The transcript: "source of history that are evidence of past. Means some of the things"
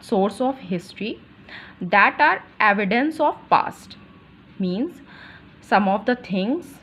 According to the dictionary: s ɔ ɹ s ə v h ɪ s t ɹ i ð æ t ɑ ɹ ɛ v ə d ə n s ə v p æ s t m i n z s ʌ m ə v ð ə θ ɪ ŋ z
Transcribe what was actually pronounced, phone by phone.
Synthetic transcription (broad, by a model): s ɔ ɹ s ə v h ɪ s t ɹ i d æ t ɑ ɹ ɛ v ə d ə n s ə v p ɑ s t m i n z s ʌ m ə v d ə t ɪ ŋ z